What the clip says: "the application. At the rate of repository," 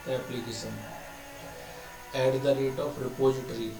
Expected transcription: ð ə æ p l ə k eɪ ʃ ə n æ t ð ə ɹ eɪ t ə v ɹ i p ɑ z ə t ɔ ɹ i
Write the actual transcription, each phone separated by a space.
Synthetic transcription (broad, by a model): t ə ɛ p l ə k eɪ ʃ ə n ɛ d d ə ɹ eɪ t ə p ɹ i p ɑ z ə t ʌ ɹ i